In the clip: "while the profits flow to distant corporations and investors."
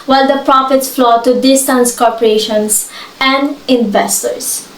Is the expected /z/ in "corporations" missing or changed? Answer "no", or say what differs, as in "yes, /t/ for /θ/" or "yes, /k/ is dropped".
yes, /s/ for /z/